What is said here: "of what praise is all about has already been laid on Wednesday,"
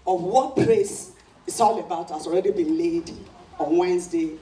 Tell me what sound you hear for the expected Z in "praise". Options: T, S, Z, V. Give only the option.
S